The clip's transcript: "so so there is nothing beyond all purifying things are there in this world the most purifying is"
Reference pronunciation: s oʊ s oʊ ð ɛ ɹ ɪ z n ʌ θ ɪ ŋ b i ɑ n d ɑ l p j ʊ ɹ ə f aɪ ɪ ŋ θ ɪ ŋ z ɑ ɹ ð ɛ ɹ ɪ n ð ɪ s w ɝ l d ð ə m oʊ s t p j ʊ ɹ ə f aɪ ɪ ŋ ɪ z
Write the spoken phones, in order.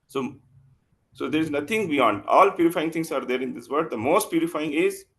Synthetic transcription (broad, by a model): s oʊ s oʊ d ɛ ɹ ɪ z n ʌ t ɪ ŋ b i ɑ n d ɑ l p j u ɹ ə f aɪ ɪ ŋ t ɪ ŋ s ɑ ɹ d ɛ ɹ ɪ n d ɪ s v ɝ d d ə m oʊ s t p j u ɹ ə f aɪ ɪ ŋ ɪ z